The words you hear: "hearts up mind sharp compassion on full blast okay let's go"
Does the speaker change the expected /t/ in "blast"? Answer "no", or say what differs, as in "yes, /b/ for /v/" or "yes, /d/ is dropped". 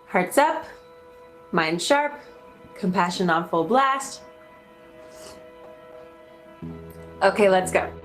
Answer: no